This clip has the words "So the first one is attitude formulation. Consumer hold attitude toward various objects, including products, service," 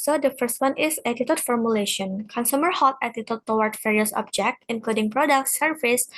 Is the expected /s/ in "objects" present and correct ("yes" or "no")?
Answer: no